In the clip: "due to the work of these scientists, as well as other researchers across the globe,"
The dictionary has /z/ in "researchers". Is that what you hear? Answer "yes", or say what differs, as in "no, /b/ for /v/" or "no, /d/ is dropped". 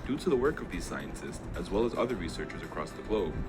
yes